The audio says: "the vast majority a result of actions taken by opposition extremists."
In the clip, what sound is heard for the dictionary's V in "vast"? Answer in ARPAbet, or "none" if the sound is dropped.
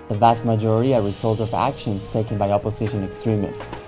V